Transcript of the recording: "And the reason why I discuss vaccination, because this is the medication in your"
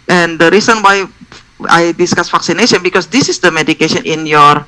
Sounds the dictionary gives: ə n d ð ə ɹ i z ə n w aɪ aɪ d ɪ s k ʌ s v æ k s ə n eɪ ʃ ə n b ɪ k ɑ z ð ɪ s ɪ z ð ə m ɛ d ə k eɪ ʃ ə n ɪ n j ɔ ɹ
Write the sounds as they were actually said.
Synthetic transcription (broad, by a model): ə n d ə ɹ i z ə n w aɪ aɪ d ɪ s k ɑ s f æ k s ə n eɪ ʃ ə n b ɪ k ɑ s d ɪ s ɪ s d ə m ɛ d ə k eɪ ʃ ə n ɪ n j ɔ ɹ